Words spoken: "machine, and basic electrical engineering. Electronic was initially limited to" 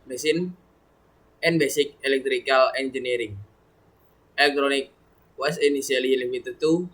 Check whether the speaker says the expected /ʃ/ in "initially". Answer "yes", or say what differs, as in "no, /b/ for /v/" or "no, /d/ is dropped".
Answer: no, /s/ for /ʃ/